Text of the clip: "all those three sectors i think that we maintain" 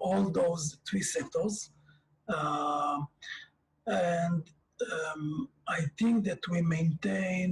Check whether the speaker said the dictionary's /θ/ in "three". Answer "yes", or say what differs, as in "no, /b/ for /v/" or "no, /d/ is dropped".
no, /t/ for /θ/